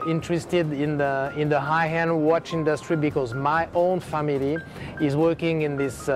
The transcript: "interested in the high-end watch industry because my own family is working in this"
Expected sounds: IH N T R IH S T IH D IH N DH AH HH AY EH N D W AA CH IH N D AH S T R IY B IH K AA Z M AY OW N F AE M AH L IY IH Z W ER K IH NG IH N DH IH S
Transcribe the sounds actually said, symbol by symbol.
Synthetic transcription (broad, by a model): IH N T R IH S T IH D IH N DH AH HH AY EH N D W AA CH IH N D AH S T R IY B IH K AA Z M AY OW N F AE M AH L IY IH Z W ER K IH NG IH N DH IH S